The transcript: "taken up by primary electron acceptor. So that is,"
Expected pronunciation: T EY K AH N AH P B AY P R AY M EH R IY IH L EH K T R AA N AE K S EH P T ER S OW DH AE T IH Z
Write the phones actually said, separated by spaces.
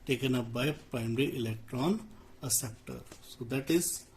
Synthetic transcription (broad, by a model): T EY K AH N AH P B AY P R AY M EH R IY IH L EH K T R AA N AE S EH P T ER S OW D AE T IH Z